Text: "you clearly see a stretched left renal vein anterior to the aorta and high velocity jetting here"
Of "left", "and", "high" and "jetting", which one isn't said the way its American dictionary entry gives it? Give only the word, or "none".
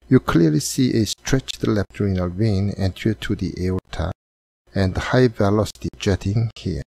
left